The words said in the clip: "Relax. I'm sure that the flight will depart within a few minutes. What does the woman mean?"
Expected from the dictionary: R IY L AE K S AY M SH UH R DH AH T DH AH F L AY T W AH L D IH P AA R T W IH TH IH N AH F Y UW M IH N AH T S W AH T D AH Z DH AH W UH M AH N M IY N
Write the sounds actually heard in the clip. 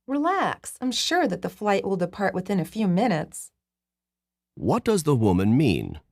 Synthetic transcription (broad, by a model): R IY L AE K S AY M SH UH R DH AH T DH AH F L AY T W AH L D IH P AA R T W IH TH IH N AH F Y UW M IH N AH T S W AH T D AH Z DH AH W UH M AH N M IY N